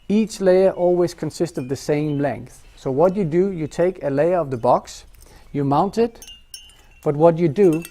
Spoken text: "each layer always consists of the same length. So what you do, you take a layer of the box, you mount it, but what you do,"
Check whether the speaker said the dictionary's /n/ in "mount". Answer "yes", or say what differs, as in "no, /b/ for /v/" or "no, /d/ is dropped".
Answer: yes